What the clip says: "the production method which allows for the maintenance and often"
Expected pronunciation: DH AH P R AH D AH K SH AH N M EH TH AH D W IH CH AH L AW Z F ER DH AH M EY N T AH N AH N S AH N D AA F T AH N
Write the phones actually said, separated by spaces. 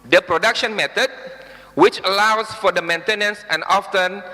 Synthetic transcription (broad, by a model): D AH P R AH D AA K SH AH N M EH T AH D W IH CH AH L AW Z F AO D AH M EY N T AH N AH N S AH N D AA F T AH N